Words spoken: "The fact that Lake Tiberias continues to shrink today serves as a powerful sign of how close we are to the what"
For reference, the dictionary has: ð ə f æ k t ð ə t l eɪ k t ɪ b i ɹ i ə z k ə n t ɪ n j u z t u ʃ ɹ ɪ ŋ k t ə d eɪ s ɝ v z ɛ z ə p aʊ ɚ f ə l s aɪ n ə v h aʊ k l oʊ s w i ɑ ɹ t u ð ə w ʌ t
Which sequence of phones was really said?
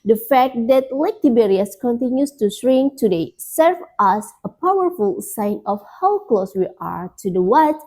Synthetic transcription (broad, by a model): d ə f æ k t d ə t l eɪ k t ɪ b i ɹ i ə s k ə n t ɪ n j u s t u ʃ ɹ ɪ ŋ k t ə d eɪ s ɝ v ɑ s ə p aʊ ɚ f ə l s aɪ n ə f h aʊ k l oʊ s w i ɑ ɹ t u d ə w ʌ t